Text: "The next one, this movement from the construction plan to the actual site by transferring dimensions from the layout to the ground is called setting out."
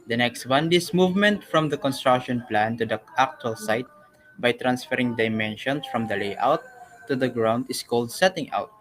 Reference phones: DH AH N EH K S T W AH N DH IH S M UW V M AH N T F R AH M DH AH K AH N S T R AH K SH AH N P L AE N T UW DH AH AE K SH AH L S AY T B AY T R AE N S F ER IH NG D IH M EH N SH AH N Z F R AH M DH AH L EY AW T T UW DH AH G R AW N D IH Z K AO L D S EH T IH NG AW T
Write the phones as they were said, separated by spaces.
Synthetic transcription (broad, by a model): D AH N EH K S T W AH N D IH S M UW V M AH N T F R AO M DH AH K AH N S T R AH K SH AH N P L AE N T UW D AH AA K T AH L S AY T B AY T R AE N S F ER IH NG D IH M EH N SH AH N S F R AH M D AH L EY AW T T UW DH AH G R AW N D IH S K AO L D S EH T IH NG AW T